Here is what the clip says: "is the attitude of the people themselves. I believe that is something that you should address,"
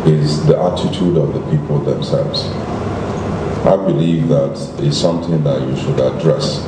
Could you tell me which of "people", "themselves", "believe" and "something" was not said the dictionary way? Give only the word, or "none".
none